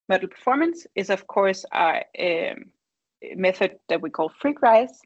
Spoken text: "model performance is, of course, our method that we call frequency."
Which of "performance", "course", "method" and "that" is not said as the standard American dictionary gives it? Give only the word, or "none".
none